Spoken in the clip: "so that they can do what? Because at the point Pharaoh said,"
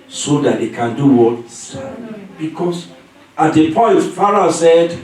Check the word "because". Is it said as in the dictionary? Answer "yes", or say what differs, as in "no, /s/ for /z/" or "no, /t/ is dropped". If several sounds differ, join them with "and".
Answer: no, /s/ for /z/